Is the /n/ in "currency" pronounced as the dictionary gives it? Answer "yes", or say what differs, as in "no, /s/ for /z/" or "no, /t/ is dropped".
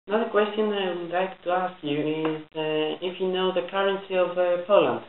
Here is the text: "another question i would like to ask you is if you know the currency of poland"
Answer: yes